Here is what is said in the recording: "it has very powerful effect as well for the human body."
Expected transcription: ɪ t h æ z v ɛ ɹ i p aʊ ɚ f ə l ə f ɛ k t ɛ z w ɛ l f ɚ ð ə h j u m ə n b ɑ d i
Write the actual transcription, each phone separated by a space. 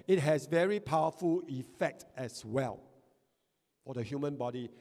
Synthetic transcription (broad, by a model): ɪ t h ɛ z v ɛ ɹ i p aʊ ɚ f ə l ə f ɛ k t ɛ s w ɛ l f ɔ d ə h j u m ə n b ɑ d i